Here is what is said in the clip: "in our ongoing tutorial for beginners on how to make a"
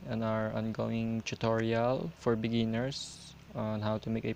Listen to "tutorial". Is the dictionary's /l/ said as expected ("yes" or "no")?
yes